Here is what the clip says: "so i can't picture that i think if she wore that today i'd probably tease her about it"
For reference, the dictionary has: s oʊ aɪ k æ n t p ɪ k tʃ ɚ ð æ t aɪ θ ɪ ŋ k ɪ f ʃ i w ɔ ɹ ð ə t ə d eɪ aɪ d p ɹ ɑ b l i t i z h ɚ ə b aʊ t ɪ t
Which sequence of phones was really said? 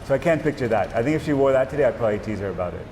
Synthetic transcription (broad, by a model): s oʊ aɪ k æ n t p ɪ k tʃ ɚ ð æ t aɪ θ ɪ ŋ k ɪ f ʃ i w ɔ ɹ ð ə t ə d eɪ aɪ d p ɹ ɑ b l i t i z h ɚ ə b aʊ t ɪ t